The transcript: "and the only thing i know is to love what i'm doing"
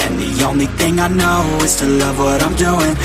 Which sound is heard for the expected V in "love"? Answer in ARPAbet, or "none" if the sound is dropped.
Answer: V